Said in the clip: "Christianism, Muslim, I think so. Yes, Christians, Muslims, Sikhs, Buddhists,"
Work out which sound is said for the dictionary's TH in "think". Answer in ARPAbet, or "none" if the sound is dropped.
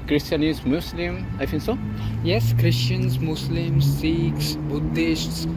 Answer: F